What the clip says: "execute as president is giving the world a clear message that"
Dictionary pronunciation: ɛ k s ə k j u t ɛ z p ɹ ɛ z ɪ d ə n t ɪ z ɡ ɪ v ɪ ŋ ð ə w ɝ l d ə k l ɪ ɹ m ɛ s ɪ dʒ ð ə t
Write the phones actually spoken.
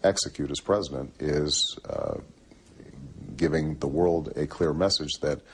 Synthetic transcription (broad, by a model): ɛ k s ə k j u t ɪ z p ɹ ɛ z ɪ d ə n t ɪ z ɡ ɪ v ɪ ŋ ð ə w ɝ l d ə k l ɪ ɹ m ɛ s ɪ dʒ ð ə t